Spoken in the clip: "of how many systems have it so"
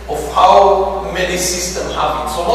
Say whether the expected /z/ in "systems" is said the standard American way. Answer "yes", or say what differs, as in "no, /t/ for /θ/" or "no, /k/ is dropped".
no, /z/ is dropped